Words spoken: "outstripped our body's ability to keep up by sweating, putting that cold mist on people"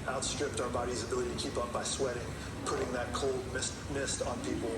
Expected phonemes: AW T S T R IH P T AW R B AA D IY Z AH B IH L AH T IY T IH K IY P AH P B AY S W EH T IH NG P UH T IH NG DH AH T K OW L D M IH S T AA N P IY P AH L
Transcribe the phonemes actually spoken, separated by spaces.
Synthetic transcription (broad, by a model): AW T S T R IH P T AW R B AA D IY Z AH B IH L AH T IY T IH K IY P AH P B AY S W EH T IH NG P UH T IH NG DH AH T K OW L D M IH S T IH N P IY P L